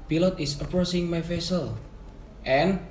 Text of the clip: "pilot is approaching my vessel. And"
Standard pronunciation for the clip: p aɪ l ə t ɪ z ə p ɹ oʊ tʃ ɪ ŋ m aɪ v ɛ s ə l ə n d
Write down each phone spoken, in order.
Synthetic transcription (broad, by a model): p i l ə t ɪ s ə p ɹ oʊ s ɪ ŋ m aɪ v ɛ s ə l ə n